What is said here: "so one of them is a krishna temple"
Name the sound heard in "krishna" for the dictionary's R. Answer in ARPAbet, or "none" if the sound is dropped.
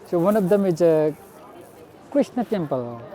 none